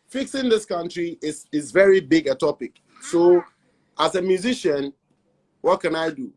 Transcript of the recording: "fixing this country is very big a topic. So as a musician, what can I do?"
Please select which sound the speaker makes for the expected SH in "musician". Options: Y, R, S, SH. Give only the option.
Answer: SH